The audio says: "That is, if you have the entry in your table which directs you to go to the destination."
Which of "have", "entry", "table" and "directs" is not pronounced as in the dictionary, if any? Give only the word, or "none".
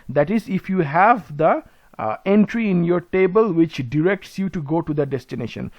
none